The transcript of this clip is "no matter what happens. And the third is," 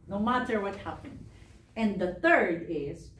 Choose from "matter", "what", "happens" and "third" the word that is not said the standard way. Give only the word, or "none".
happens